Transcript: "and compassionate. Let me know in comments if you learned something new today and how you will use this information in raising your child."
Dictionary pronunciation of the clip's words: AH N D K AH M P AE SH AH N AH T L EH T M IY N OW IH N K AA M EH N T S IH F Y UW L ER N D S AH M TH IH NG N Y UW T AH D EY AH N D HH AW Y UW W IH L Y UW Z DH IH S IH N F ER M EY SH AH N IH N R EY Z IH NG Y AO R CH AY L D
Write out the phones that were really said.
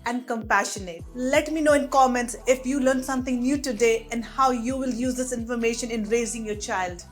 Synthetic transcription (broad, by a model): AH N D K AH M P AE SH AH N AH T L EH T M IY N OW IH N K AA M EH N T S IH F Y UW L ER N S AH M T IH NG N Y UW T AH D EY AH N D HH AW Y UW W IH L Y UW Z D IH S IH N F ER M EY SH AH N IH N R EY Z IH NG Y AO R CH AY L D